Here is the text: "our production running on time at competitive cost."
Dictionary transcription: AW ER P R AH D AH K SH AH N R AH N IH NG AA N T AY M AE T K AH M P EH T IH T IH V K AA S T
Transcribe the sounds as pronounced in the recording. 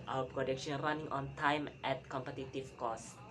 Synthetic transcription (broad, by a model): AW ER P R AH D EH K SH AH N R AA N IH NG AA N T AY M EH T K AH M P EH T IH T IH F K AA S